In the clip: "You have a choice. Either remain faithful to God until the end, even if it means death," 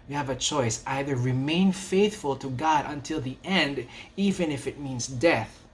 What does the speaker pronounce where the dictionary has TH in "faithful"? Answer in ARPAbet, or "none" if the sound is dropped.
TH